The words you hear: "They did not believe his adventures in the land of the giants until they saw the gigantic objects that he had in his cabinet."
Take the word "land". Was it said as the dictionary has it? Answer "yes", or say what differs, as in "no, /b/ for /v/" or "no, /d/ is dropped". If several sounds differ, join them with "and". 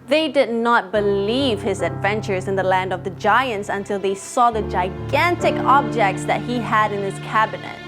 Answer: yes